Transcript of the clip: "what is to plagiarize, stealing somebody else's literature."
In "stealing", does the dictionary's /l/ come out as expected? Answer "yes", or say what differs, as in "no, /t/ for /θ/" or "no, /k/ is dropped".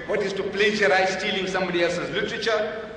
yes